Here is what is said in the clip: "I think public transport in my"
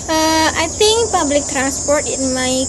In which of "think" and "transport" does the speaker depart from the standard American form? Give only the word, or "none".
think